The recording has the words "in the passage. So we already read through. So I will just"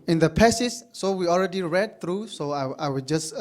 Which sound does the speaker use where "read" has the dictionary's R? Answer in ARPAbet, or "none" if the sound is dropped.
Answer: R